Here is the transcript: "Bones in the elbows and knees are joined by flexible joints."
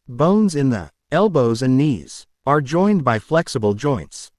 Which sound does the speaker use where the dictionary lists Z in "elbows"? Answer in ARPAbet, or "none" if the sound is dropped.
Z